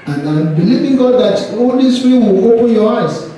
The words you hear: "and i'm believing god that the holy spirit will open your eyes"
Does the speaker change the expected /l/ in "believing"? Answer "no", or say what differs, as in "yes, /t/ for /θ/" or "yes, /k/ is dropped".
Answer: no